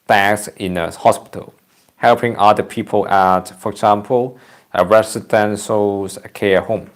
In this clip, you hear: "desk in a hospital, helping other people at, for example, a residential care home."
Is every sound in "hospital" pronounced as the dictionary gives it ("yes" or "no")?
yes